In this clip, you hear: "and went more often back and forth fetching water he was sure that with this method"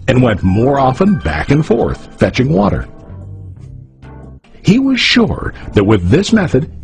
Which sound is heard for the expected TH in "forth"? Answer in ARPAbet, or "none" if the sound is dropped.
TH